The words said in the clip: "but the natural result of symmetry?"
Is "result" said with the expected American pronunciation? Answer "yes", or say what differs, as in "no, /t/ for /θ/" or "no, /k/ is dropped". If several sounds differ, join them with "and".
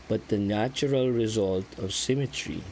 yes